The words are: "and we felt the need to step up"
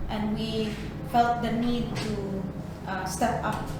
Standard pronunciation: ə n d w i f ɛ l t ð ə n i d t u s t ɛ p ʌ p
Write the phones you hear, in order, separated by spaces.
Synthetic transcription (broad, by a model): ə n w i f ɛ l t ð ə n i d t u s t ɛ p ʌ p